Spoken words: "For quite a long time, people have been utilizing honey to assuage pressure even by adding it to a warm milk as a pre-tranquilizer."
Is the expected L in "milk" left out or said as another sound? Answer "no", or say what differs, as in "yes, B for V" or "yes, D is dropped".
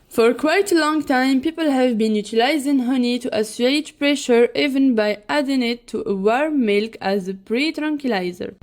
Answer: no